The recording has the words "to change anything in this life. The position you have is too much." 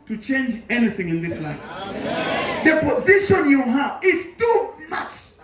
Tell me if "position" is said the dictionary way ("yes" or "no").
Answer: yes